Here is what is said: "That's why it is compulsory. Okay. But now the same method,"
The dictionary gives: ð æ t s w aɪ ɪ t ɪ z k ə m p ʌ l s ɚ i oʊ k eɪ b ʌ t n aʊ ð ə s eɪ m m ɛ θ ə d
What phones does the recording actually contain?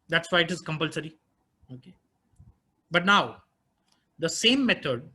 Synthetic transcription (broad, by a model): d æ t s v aɪ ɪ t ɪ z k ə m p ʌ l s ɚ i oʊ k eɪ b ʌ t n aʊ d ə s eɪ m m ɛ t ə d